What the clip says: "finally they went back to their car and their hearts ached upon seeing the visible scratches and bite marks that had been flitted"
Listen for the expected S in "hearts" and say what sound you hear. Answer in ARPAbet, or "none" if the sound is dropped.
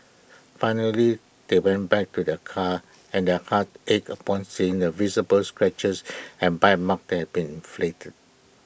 none